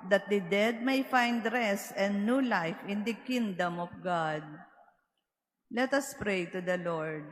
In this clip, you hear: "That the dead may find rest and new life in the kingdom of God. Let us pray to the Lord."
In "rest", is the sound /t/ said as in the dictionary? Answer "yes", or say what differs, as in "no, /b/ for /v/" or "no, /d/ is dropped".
no, /t/ is dropped